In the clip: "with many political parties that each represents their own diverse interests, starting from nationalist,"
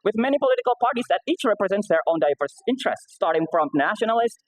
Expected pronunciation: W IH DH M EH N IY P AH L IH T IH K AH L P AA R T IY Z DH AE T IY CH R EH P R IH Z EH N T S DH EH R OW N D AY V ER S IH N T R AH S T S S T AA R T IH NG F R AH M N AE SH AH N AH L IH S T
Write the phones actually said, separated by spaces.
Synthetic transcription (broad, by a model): W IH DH M EH N IY P AH L IH T IH K AH L P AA R T IY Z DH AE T IY CH R EH P R IH Z EH N T S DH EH R OW N D AY V ER S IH N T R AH S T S S T AA R T IH NG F R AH M N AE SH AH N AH L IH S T